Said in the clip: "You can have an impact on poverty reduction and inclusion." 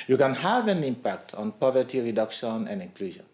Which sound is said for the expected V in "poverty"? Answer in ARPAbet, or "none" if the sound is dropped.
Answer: V